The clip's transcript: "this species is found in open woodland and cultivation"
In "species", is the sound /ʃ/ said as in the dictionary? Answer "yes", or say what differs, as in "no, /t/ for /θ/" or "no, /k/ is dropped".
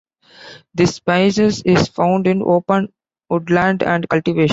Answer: no, /s/ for /ʃ/